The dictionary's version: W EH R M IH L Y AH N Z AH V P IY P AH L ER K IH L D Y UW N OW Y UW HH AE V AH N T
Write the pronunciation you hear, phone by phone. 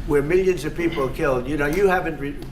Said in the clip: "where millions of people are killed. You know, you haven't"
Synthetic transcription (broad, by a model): W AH R M IH L Y AH N Z AH V P IY P L K IH L D Y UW N OW Y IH HH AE V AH N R